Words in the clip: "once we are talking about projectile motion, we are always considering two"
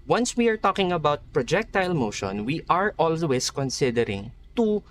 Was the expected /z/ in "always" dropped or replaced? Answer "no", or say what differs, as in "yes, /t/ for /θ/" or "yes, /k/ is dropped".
yes, /s/ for /z/